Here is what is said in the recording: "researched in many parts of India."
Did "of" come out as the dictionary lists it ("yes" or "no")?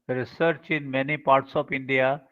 no